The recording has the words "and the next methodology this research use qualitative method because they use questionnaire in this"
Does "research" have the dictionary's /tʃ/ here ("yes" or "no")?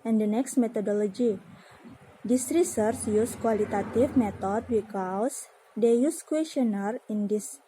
no